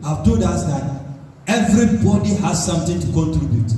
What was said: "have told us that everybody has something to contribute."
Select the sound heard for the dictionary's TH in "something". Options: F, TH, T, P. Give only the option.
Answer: T